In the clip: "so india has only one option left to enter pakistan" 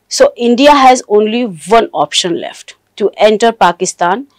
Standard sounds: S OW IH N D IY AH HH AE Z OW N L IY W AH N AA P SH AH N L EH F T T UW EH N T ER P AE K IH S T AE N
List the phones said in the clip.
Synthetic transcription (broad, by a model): S OW IH N D IY AH HH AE Z OW N L IY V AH N AA P SH AH N L EH F T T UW EH N T ER P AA K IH S T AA N